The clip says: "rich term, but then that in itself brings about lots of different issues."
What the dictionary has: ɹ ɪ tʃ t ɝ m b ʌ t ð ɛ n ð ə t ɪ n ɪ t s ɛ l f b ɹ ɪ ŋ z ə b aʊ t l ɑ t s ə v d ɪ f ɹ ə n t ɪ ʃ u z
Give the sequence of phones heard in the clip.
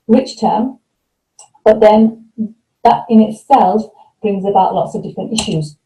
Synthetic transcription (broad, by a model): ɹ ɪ tʃ t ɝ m b ʌ t ð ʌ n ð ə t ɪ n ɪ t s ɛ l f b ɹ ɪ ŋ z ə b aʊ t l ɑ t s ə v d ɪ f ɹ ə n t ɪ ʃ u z